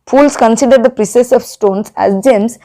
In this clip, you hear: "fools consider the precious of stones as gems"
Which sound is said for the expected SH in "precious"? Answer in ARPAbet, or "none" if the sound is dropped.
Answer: S